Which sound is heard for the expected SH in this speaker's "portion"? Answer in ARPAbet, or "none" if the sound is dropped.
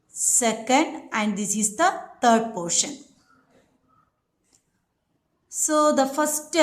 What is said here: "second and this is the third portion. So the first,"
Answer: SH